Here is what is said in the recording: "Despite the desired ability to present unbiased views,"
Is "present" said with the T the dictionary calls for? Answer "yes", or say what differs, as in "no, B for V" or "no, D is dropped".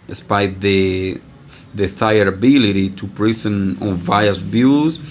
no, T is dropped